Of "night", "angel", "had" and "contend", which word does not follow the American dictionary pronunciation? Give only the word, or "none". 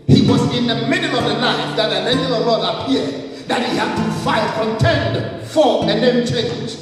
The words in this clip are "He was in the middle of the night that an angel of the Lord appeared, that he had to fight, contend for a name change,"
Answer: angel